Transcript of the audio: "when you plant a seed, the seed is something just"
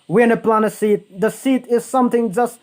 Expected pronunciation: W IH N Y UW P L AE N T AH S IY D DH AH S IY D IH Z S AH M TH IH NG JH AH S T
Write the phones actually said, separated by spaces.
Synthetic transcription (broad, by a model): W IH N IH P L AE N AH S IY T DH AH S IY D IH Z S AH M TH IH NG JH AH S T